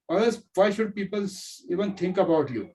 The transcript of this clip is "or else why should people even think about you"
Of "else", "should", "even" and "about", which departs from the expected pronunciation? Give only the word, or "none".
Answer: else